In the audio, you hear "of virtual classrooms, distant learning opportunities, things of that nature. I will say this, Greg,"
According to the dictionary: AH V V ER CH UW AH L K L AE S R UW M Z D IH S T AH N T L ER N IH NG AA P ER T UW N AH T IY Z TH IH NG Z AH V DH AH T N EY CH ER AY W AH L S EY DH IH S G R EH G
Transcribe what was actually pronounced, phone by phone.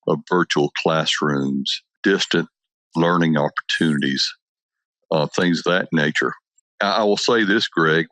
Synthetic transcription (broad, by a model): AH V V ER CH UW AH L K L AE S R UW M Z D IH S T AH N T L ER N IH NG AA P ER T UW N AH T IY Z TH IH NG Z DH AH T N EY CH ER AY W AH L S EY DH IH S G R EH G